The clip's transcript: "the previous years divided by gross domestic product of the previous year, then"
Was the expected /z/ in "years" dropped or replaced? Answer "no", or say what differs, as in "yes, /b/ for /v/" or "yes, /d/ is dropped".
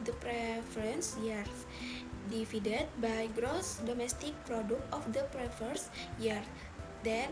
yes, /z/ is dropped